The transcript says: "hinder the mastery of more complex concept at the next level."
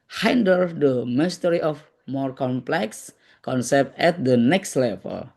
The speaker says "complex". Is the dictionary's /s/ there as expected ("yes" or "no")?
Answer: yes